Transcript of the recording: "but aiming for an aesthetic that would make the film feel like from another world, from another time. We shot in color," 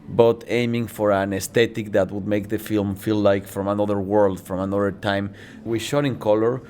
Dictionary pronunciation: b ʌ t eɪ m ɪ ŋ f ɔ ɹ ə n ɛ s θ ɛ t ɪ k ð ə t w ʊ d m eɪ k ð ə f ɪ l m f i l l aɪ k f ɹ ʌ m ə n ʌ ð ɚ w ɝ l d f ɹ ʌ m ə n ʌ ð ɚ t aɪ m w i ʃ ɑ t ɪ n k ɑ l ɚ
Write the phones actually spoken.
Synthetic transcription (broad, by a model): b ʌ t eɪ m ɪ ŋ f ɔ ɹ ə n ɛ s t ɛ t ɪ k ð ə t w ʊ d m eɪ k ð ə f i l m f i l l aɪ k f ɹ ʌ m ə n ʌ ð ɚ w ɝ l d f ɹ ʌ m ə n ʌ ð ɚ t aɪ m w i ʃ ɑ t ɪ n k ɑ l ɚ